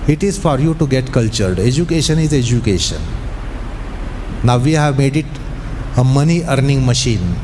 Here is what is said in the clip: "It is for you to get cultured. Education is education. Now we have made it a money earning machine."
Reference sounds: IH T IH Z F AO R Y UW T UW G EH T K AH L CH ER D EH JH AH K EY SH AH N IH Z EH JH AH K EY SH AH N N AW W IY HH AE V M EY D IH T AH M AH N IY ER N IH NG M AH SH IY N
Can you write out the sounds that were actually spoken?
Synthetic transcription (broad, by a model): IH T IH Z F AO R Y UW T UW G EH T K AH L CH ER D EH JH AH K EY SH AH N IH Z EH JH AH K EY SH AH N N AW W IY HH AE V M EY D IH T AH M AH N IY ER N IH NG M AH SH IY N